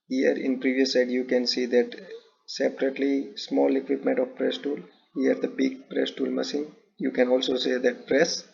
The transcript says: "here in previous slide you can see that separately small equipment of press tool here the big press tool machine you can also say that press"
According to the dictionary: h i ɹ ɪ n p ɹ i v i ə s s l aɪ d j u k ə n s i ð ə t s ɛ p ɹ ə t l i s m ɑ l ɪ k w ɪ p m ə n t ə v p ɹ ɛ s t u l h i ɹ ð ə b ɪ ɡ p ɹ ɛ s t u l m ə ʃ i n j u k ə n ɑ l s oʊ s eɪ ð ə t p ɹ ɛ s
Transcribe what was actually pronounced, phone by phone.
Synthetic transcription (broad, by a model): h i ɹ ɪ n p ɹ i v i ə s s aɪ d j u k ə n s i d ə t s ɛ p ɹ ə t l i s m ɑ l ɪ k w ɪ p m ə n t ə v p ɹ ɛ s t u l h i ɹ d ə b ɪ ɡ p ɹ ɛ s t u l m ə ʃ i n j u k ə n ɑ l s oʊ s eɪ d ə t p ɹ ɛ s